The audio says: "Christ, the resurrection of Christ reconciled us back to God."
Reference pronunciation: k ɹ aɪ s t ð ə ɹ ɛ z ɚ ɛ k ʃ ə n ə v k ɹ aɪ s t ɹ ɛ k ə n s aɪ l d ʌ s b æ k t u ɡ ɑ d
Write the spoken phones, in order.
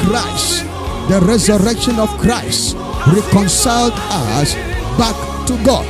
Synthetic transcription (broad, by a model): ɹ aɪ s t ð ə ɹ ɛ z ɚ ɛ k ʃ ə n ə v k ɹ aɪ s t ɹ ɛ k ə n s aɪ l d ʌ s b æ k t u ɡ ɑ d